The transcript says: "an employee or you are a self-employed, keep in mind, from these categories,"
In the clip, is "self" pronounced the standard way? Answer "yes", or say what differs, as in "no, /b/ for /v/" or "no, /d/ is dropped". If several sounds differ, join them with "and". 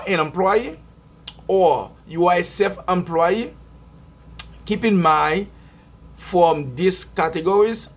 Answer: no, /l/ is dropped